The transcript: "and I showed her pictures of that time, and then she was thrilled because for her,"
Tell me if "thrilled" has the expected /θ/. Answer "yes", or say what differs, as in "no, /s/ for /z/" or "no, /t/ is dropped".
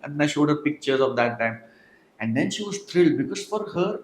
no, /t/ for /θ/